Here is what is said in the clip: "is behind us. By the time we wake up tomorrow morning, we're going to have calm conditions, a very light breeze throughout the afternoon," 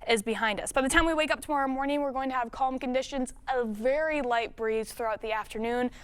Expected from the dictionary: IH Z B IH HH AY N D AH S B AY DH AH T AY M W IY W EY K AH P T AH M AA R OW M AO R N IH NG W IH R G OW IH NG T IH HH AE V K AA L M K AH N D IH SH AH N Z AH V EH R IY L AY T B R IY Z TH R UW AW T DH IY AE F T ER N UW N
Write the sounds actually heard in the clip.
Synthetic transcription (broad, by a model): IH Z B IH HH AY N D AH S B AY DH AH T AY M W IY W EY K AH P T AH M AA R OW M AO R N IH NG W IH R G OW IH NG T IH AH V K AA L M K AH N D IH SH AH N Z AH V EH R IY L AY T B R IY Z TH R UW AW T DH IY AE F T ER N UW N